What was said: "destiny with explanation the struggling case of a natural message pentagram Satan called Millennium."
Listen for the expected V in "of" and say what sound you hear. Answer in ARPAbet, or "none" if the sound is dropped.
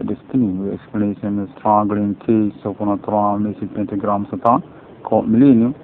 P